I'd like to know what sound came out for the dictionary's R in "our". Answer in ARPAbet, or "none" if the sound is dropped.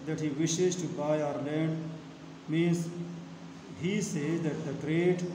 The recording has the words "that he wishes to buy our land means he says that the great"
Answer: R